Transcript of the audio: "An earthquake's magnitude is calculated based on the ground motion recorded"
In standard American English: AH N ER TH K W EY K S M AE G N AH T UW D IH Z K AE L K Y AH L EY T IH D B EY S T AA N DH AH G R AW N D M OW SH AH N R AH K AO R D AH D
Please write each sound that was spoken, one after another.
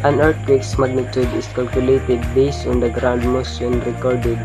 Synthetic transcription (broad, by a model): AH N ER T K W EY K S M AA G N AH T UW D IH S K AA L K Y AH L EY T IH D B EY S T AA N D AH G R AW N D M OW S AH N R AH K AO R D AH D